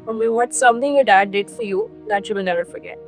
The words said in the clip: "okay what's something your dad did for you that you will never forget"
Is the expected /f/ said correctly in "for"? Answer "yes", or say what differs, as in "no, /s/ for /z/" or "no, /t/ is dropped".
yes